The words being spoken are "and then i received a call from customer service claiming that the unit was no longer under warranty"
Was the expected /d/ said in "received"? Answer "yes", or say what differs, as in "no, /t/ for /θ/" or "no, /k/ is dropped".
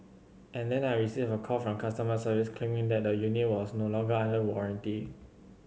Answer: no, /d/ is dropped